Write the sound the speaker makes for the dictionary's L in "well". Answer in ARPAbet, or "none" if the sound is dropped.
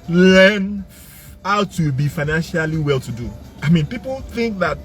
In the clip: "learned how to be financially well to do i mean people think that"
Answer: L